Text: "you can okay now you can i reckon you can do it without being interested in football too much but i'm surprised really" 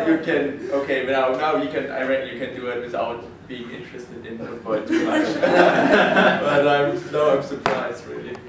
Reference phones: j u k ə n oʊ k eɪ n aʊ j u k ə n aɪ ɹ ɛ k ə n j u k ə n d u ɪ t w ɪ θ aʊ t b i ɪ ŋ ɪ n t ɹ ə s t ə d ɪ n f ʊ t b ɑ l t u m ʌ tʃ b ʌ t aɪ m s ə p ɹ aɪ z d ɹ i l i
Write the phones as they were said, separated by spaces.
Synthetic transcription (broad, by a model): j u k ə n oʊ k eɪ n aʊ j u k ə n aɪ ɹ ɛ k j u k ə n d u ɪ t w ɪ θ aʊ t b i ɪ ŋ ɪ n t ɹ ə s t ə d ɪ n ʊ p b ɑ n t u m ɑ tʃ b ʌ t aɪ m s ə p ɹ aɪ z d ɹ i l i